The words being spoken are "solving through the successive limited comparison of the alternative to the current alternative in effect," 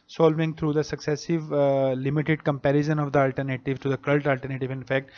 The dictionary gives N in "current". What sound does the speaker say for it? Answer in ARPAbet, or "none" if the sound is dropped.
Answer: L